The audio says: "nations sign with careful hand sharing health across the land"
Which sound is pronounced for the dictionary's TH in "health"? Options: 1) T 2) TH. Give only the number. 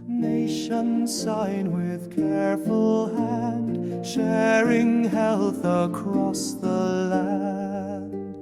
2